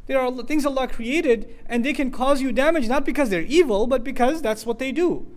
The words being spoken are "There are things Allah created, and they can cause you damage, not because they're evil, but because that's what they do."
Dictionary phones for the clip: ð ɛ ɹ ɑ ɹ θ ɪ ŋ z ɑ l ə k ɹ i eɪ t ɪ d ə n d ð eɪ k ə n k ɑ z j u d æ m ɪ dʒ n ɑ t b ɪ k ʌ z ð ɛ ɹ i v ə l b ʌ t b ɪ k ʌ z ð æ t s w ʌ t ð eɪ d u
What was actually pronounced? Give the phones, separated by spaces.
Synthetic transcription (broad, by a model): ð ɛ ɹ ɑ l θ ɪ ŋ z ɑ l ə k ɹ i eɪ t ɪ d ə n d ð eɪ k ə n k ɑ z j u d æ m ɪ dʒ n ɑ t b ɪ k ʌ z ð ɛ ɹ i v ə l b ʌ t b ɪ k ʌ z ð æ t s w ʌ t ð eɪ d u